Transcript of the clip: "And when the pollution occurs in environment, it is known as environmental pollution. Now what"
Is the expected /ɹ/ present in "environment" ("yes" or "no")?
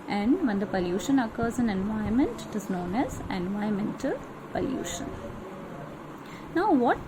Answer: no